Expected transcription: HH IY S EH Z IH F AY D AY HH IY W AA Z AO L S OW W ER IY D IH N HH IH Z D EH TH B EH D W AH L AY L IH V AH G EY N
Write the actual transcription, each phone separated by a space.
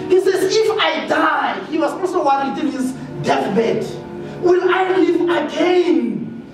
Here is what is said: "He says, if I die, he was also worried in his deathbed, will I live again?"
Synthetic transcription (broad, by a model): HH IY S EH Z IH F AY D AY HH IY W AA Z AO S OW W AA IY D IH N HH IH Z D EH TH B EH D W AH N AY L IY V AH G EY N